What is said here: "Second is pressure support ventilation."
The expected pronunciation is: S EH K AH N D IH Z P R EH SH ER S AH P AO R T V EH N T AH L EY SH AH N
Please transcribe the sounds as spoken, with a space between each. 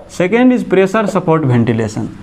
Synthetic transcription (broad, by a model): S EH K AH N D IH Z P R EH S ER S AH P AO R T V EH N T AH L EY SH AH N